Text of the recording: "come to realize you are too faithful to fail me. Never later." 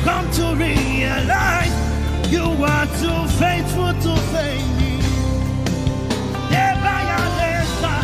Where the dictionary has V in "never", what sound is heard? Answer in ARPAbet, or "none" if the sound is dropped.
B